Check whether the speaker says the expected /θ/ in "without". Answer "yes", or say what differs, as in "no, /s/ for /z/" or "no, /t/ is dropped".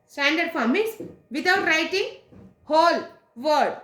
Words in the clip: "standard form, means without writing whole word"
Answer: no, /t/ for /θ/